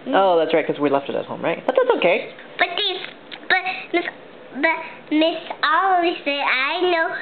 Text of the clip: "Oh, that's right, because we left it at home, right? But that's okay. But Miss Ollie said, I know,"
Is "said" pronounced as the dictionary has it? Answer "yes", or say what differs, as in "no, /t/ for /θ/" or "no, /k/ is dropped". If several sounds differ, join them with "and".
no, /d/ is dropped